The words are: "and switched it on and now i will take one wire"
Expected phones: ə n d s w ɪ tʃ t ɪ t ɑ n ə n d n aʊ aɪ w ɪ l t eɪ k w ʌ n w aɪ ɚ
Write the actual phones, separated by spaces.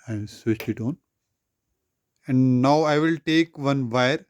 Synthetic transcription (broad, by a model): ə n d s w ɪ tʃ ɪ t ɑ n ə n d n aʊ aɪ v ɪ l t eɪ k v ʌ n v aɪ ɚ